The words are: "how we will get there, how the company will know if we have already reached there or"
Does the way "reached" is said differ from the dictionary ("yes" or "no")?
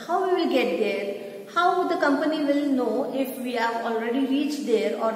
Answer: no